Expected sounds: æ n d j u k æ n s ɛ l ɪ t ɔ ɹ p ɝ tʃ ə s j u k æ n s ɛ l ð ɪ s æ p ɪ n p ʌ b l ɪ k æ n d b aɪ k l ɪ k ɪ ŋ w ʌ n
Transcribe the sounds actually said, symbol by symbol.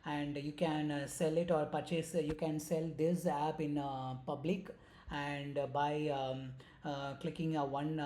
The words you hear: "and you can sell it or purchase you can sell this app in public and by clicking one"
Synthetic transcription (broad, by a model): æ n d j u k æ n s ɛ l ɪ t ɔ ɹ p ɝ tʃ ə s j u k æ n s ɛ l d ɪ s æ p ɪ n p ʌ b l ɪ k æ n d b aɪ k l ɪ k ɪ ŋ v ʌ n